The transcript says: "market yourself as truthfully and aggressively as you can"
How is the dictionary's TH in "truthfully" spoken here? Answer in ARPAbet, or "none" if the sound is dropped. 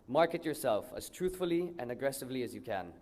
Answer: TH